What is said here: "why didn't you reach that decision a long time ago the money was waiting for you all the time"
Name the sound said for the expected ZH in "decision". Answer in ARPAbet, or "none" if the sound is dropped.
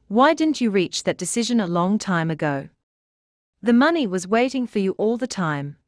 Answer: ZH